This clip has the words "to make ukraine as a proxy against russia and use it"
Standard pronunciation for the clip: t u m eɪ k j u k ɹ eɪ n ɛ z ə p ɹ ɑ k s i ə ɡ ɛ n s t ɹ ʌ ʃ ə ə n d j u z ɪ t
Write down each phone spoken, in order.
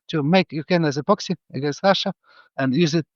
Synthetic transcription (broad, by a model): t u m eɪ k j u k eɪ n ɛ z ə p ɑ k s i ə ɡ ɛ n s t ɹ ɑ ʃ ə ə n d j u z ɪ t